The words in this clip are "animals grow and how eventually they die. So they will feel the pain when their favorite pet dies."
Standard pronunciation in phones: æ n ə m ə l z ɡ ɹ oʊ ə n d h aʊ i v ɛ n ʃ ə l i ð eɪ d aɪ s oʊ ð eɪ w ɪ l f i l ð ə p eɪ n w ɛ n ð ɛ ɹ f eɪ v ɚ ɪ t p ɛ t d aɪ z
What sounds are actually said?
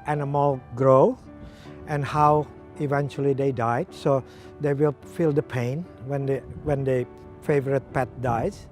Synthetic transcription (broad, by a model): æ n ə m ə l ɡ ɹ oʊ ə n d h aʊ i v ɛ n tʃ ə l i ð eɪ d aɪ s oʊ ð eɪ w ɪ l f i l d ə p eɪ n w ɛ n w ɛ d f eɪ v ɚ ɪ t p ɛ t d aɪ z